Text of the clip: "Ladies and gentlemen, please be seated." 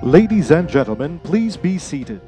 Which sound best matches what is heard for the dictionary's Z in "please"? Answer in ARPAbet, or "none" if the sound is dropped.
Z